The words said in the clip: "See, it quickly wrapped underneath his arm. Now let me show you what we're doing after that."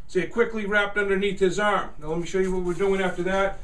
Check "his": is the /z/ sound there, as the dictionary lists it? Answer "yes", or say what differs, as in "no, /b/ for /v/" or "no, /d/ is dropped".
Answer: yes